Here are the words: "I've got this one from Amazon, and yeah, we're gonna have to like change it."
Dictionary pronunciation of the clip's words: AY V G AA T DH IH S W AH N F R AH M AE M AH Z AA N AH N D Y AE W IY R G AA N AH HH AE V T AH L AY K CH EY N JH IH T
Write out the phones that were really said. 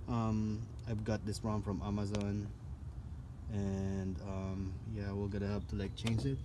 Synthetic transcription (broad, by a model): AY V G AA T DH IH S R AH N F R AH M AE M AH Z AA N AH N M Y AE W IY L G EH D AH HH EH P T AH L AY K CH EY N JH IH T